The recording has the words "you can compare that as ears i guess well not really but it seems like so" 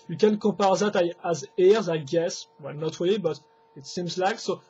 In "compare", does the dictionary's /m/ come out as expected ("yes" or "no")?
no